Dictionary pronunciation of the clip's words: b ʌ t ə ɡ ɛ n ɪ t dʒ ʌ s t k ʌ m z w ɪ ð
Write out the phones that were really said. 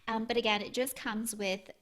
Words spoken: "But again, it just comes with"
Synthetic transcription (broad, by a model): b ʌ t ə ɡ ɛ n ɪ t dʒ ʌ s k ʌ m z w ɪ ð